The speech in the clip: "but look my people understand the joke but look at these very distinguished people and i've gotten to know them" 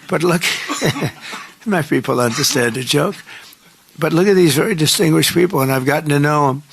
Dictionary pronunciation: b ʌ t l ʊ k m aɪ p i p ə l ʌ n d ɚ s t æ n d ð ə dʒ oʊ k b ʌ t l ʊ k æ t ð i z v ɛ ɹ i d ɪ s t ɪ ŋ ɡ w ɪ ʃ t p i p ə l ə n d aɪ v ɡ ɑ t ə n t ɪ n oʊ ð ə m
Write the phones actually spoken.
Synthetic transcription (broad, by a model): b ʌ t l ʊ k m aɪ p i p l ʌ n d ɚ s t æ n d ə dʒ oʊ k b ʌ t l ʊ k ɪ t ð i z v ɛ ɹ i d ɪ s t ɪ ŋ ɡ w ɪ ʃ p i p l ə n aɪ v ɡ ɑ t n t ɪ n oʊ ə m